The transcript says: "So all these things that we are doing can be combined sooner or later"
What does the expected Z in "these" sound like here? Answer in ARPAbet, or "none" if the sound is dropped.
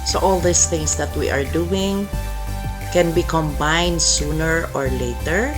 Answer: S